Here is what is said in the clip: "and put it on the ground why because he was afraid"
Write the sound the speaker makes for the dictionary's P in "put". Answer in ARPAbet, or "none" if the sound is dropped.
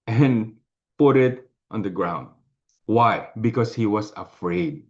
P